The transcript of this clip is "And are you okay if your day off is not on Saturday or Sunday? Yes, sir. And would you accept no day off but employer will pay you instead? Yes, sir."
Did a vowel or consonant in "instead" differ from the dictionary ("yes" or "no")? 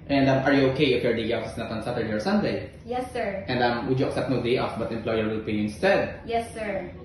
no